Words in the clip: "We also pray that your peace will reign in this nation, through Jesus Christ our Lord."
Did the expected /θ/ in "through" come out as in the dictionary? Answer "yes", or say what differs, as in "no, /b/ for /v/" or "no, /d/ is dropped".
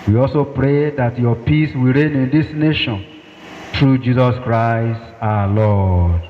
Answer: no, /t/ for /θ/